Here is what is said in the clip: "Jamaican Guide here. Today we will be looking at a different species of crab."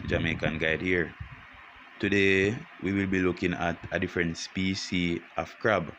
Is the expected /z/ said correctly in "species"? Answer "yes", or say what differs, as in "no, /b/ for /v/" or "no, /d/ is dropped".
no, /z/ is dropped